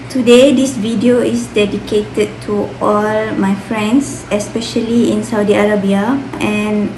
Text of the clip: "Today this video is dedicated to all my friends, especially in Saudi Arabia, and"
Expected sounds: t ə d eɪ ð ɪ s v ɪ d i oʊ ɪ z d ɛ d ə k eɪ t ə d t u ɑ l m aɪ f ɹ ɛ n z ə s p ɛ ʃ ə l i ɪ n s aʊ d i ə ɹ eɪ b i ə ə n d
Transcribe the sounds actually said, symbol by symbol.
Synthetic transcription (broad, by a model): t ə d eɪ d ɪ s v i d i oʊ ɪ s d ɛ d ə k eɪ t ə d t u ɑ l m aɪ f ɹ ɛ n s ə s p ɛ ʃ ə l i ɪ n s aʊ d i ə ɹ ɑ b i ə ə n